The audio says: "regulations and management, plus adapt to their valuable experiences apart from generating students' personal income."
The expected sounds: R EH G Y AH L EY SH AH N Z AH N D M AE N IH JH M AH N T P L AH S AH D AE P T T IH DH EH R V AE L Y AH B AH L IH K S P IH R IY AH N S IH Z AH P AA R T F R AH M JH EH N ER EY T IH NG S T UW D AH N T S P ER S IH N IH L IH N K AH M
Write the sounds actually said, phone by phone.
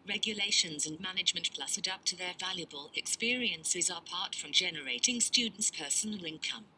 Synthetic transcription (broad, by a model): R EH G Y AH L EY SH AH N Z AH N M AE N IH JH M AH N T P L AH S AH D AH P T T IH DH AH R V AE L Y AH B AH L IH K S P IH R IY AH N S IH Z AH P AA R T F R AH M JH EH N ER EY T IH NG S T UW D N T S P ER S IH N IH L IH N K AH M